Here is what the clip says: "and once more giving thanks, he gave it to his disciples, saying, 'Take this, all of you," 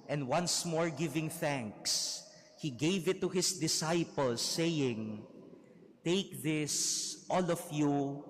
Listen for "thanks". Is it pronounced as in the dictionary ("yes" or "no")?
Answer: yes